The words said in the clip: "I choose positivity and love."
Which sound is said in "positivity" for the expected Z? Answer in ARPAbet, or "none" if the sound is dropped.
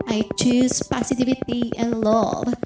S